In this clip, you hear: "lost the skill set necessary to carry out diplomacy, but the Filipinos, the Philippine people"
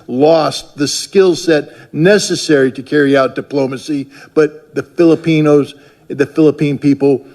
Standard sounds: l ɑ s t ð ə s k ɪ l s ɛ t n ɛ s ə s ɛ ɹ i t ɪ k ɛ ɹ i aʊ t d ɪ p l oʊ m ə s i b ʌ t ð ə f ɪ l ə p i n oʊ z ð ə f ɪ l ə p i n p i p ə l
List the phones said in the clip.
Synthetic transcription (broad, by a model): l ɑ s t ð ə s k ɪ l s ɛ t n ɛ s ə s ɛ ɹ i t ɪ k ɛ ɹ i aʊ t d ɪ p l oʊ m ə s i b ʌ t ð ə f ɪ l ə p i n oʊ z ð ə f ɪ l ə p i n p i p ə l